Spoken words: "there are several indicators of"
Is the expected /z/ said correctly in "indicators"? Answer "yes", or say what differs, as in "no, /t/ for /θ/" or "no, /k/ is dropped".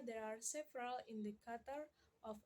no, /z/ is dropped